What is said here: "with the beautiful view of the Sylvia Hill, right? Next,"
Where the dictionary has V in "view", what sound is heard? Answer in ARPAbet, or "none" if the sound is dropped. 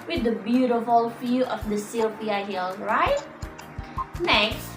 F